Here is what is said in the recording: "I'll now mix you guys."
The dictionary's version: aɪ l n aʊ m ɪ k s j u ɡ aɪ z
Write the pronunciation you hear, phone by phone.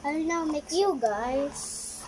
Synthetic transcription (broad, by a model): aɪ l n aʊ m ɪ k j u ɡ aɪ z